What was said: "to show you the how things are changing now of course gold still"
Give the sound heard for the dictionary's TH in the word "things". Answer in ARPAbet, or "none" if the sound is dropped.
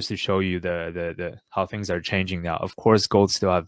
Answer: TH